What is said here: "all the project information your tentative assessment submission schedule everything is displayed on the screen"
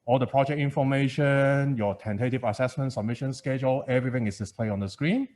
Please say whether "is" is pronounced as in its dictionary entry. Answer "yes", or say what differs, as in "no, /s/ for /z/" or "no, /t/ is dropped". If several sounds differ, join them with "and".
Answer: no, /s/ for /z/